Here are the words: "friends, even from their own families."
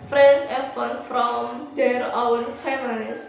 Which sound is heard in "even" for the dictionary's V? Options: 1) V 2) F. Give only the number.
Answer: 2